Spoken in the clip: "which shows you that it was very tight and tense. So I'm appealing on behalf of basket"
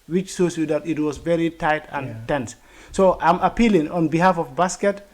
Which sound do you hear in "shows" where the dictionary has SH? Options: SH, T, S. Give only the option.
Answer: S